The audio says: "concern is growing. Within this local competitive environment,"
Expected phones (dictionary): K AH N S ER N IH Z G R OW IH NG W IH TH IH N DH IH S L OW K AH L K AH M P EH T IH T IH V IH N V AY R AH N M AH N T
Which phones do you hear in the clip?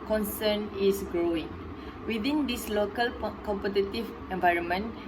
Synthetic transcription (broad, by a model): K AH N S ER N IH S G R OW IH NG W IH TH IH N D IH S L OW K AH L K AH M P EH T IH T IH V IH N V AY R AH N M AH N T